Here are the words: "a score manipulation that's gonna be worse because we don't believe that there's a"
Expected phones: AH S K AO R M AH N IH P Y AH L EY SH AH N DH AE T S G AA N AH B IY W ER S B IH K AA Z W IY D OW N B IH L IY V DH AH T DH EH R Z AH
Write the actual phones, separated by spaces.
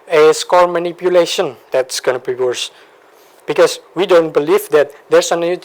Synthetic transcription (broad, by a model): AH S K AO L M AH N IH P Y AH L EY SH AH N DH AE T S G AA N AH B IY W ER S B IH K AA S W IY D OW N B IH L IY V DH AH T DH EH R S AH